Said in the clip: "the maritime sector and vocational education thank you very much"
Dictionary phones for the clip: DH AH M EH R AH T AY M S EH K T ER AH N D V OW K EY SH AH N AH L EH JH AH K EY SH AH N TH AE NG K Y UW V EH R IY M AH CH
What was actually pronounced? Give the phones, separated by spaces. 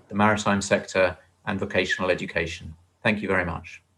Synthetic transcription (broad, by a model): DH AH M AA R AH T AY M S EH K T ER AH N V OW K EY SH AH N AH L EH JH AH K EY SH AH N TH AE NG K Y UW V EH R IY M AH CH